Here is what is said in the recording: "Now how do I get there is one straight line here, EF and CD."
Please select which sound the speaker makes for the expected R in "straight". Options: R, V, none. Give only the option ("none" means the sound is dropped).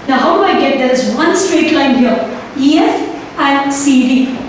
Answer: R